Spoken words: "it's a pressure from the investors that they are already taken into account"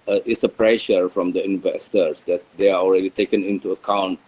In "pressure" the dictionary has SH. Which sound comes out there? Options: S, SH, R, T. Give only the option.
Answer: SH